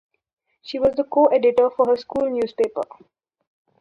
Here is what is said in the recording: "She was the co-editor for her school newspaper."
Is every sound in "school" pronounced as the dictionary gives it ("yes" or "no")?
yes